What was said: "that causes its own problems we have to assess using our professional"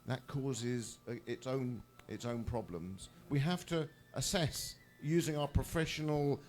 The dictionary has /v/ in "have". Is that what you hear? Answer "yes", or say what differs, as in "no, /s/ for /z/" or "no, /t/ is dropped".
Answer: no, /f/ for /v/